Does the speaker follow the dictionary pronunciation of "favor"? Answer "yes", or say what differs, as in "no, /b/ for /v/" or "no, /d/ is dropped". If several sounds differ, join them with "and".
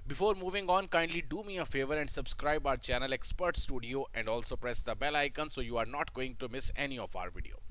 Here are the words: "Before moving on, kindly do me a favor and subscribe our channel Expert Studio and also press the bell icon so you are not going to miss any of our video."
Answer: yes